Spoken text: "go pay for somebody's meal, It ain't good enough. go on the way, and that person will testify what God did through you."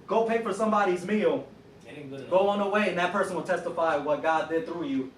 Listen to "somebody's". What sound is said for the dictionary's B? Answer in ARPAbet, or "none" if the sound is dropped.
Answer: B